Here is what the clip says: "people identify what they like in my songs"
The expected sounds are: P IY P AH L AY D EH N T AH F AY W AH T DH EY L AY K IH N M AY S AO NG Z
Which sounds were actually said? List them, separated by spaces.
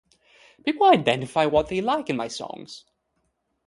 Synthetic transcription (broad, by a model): B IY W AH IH AY D EH N T AH F AY W AH T DH EY L AY K IH N M AY S AO NG Z